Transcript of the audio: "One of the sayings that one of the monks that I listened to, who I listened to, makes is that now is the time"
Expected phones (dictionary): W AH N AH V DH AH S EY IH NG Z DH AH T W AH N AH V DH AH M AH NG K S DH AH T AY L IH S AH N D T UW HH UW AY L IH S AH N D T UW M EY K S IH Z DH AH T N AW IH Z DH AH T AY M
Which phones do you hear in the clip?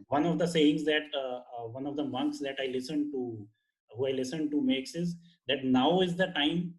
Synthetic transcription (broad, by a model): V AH N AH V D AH S EY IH NG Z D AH T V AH N AH V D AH M AH NG K S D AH T AY L IH S AH N D T UW HH UW AY L IH S AH N D T UW M EY K S IH Z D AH T N AW IH Z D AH T AY M